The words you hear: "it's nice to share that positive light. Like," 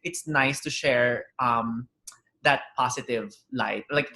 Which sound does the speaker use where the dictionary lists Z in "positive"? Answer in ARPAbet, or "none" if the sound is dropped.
S